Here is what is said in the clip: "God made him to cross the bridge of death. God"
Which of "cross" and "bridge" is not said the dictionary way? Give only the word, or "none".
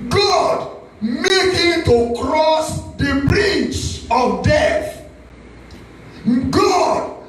bridge